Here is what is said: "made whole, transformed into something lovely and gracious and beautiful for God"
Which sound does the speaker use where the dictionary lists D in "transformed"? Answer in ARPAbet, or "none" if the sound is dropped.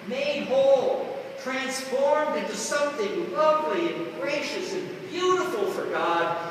D